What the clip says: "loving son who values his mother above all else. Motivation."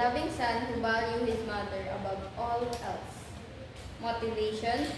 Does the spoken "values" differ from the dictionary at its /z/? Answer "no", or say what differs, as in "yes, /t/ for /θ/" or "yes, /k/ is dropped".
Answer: yes, /z/ is dropped